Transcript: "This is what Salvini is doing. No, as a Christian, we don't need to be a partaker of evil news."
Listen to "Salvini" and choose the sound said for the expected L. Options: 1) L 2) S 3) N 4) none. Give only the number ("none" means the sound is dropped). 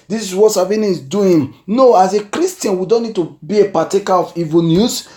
4